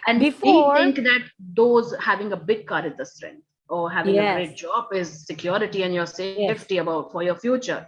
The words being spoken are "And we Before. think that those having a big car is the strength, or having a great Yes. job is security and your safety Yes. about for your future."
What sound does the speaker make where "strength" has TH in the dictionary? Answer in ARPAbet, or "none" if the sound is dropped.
T